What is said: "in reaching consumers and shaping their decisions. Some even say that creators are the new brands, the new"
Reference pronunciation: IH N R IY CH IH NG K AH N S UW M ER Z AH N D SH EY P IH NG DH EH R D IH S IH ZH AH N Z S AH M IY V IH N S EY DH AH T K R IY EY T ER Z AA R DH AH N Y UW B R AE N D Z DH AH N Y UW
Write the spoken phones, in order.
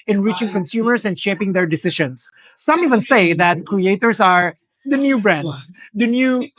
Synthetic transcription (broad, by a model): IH N R IY CH IH NG K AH N S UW M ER S AH N D SH EY P IH NG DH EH R D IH S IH SH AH N S AH M IY V IH N S EY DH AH T K R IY EY T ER S AA R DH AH N Y UW B R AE N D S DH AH N Y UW